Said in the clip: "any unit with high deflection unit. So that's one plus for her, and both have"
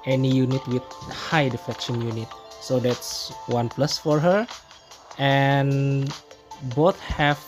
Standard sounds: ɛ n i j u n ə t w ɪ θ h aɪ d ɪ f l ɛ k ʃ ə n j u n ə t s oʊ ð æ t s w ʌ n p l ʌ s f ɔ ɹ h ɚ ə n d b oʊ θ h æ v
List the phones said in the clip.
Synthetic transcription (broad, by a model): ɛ n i j u n ə t w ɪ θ h aɪ d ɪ f ɛ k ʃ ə n j u n ə t s oʊ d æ t s w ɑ n p l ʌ s f ɔ ɹ h ɚ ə n b oʊ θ h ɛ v